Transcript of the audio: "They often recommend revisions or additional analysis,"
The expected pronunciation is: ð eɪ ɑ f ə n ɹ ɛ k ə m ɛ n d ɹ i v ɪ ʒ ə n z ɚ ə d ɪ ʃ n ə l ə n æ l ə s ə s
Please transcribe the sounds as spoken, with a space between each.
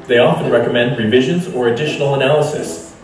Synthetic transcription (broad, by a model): ð eɪ ɑ f ə n ɹ ɛ k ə m ɛ n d ɹ i v ɪ ʒ ə n z ɚ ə d ɪ ʃ n l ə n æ l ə s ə s